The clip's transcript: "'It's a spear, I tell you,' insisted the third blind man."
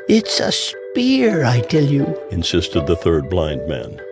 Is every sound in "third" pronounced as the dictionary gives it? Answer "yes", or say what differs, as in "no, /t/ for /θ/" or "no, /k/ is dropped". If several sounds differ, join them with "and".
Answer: yes